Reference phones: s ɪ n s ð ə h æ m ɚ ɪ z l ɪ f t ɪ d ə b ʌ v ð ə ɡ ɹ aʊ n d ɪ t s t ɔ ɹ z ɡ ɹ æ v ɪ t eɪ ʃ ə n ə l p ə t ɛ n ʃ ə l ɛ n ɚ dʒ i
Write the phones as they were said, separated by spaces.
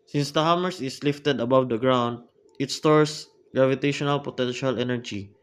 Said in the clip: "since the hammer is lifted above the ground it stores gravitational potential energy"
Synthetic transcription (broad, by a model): s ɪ n s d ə h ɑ m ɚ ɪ s l ɪ f t ɪ d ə b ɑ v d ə ɡ ɹ aʊ n d ɪ t s t ɔ ɹ s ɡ ɹ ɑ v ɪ t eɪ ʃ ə n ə l p ə t ɛ n ʃ ə l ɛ n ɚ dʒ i